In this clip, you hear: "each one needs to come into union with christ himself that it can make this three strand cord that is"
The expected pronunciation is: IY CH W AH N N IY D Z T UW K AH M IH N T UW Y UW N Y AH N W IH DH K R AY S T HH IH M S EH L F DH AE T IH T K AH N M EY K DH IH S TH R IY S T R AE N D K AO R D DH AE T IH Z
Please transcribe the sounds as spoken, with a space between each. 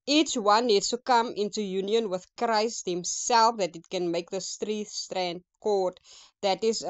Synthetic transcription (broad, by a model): IY CH W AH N N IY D S T UW K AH M IH N T UW Y UW N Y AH N W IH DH K R AY S T HH IH M S EH L F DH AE T IH T K AH N M EY K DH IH S T R IY S T R AE N D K AO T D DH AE T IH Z